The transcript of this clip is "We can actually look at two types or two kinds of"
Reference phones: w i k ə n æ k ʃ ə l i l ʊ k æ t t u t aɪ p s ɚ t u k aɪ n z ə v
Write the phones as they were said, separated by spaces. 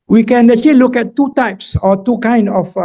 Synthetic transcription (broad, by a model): w i k ə n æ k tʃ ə l i l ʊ k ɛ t t u t aɪ p s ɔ t u k aɪ n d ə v